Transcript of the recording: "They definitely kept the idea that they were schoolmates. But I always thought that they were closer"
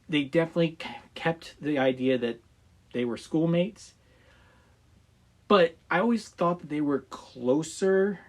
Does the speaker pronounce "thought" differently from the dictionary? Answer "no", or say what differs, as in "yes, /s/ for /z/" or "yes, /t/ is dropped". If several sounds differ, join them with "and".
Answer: no